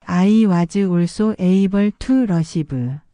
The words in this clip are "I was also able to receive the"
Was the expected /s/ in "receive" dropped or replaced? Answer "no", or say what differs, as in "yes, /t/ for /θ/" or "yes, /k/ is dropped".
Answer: yes, /ʃ/ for /s/